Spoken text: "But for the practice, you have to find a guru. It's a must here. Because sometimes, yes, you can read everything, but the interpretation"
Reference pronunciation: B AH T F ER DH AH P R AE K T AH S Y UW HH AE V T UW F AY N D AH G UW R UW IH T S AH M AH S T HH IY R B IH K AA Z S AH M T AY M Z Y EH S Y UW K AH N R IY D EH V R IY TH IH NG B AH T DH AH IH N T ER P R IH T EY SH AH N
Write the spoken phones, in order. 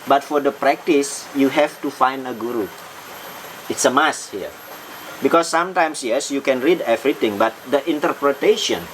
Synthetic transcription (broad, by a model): B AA T F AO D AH P R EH K T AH S Y UW HH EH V T UW F AY N D AH G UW R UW IH T S AH M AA S HH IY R B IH K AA S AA M T AY M S Y EH S Y UW K AH N R IY D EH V R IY T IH NG B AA T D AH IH N T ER P R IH T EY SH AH N